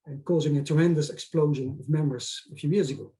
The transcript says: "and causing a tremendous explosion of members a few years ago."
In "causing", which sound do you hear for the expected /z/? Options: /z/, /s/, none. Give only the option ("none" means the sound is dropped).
/z/